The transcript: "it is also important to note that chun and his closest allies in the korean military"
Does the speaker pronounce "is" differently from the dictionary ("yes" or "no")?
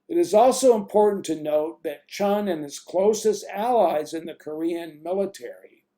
no